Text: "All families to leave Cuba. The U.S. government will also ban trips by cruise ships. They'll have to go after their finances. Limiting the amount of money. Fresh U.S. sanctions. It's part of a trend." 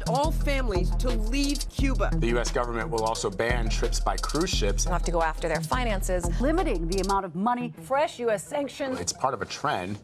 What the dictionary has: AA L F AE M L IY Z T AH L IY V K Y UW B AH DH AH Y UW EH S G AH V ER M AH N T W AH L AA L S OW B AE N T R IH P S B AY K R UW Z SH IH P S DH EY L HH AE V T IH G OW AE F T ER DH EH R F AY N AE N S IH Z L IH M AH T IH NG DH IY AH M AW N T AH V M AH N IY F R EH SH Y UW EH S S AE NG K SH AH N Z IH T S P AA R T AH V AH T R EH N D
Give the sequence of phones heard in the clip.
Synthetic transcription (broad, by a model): AA L F AE M L IY Z T AH L IY V K Y UW B AH DH AH Y UW EH S G AH V ER M AH N T W AH L AA L S OW B AE N T R IH P S B AY K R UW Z SH IH P S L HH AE F T IH G OW AE F T ER DH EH R F AY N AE N S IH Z L IH M AH T IH NG DH IY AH M AW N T AH V M AH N IY F R EH SH Y UW EH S S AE NG K SH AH N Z IH T S P AA R T AH V AH T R EH N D